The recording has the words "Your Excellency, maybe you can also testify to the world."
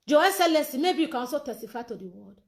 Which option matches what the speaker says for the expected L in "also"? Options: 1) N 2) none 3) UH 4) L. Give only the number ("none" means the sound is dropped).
2